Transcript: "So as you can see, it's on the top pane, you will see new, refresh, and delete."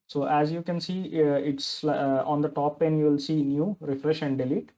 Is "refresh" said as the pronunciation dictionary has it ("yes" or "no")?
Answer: yes